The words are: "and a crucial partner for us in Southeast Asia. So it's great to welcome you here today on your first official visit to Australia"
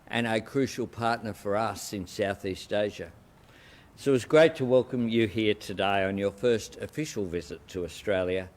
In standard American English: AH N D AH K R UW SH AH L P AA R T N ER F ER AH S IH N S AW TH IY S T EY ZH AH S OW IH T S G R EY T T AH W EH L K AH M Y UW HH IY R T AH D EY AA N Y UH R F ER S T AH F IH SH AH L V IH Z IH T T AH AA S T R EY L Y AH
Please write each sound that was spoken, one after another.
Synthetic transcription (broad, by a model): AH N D AH K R UW SH L P AA R T N ER F ER AH S IH N S AW TH IY S T EY ZH AH S OW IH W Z G R EY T T AH W EH L K AH M Y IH HH IY R T AH D EY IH N Y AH R F ER S T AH F IH SH L V IH Z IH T T AH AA S T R EY L Y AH